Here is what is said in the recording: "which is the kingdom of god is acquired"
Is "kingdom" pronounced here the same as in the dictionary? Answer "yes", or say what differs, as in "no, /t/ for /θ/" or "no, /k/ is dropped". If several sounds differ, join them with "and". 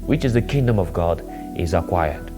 yes